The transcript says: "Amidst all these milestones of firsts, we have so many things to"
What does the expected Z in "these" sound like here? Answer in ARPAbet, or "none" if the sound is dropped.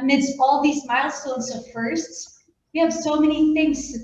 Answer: Z